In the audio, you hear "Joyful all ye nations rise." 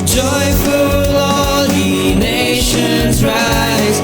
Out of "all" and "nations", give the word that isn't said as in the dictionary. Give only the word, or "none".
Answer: none